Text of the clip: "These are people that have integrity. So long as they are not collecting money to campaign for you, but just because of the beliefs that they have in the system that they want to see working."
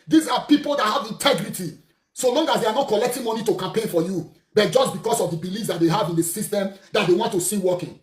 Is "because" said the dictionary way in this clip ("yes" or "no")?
no